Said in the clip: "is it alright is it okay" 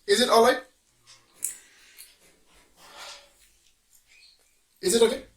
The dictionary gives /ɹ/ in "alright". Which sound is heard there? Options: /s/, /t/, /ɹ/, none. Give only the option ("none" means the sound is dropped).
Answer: none